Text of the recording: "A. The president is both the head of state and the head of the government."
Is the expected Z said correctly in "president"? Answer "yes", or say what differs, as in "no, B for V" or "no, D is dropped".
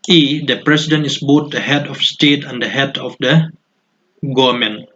no, S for Z